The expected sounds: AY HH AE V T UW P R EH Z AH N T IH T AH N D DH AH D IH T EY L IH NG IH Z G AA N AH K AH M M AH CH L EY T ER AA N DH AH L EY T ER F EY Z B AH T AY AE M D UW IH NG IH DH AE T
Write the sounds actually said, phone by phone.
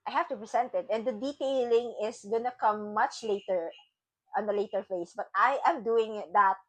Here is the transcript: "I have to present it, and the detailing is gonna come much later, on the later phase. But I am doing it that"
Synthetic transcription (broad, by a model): AY HH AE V T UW P R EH S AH N T IH T AH N D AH D IH T EY L IH NG IH S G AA N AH K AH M M AH CH L EY T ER AA N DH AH L EY T ER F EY S B AH T AY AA M D UW IH NG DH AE T